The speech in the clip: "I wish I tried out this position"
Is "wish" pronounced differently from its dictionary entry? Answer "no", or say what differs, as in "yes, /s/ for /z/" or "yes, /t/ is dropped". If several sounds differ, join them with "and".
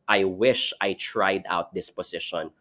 no